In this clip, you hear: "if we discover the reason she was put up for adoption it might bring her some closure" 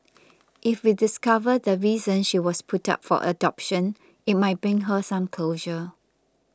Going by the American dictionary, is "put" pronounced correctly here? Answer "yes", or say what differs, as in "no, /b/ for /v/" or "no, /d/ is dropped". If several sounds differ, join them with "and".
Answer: yes